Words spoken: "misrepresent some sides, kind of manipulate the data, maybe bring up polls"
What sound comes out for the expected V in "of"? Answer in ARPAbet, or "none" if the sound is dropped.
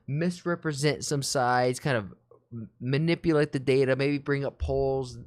V